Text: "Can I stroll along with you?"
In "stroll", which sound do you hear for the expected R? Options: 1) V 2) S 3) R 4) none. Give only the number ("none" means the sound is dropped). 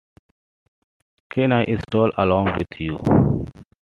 4